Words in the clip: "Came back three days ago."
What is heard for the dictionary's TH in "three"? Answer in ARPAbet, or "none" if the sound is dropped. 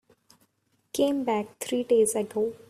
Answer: T